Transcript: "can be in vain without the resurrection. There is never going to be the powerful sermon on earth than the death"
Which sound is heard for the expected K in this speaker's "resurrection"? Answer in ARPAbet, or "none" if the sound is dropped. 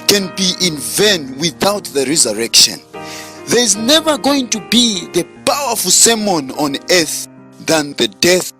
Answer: K